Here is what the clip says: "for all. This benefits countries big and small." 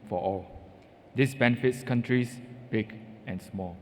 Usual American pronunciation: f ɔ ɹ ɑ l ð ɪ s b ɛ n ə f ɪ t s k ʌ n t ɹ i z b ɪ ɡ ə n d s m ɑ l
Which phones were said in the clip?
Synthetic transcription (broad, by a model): f ɔ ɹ ɑ l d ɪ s b ɛ n ə f ɪ t s k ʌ n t ɹ i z b ɪ ɡ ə n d s m ɑ l